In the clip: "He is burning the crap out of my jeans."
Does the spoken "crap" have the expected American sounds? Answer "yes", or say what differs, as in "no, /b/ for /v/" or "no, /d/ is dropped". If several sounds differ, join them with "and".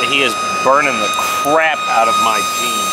yes